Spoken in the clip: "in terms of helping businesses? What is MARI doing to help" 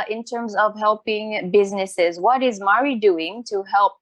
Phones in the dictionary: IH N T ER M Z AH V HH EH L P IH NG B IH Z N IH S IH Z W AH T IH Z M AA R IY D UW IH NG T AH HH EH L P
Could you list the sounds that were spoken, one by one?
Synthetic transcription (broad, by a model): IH N T ER M Z AH V HH EH L P IH NG B IH Z N IH S IH Z W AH T IH Z M AA R IY D UW IH NG T AH HH EH L P